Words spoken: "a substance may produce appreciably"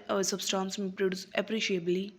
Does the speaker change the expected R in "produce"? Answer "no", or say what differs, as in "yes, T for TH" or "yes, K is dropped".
no